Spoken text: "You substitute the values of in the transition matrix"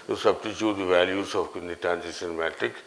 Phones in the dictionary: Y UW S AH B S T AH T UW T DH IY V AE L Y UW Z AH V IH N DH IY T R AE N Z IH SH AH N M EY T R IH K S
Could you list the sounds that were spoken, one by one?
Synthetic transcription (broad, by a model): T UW S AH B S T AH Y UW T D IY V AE L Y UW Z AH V IH N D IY T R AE N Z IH S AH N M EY T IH K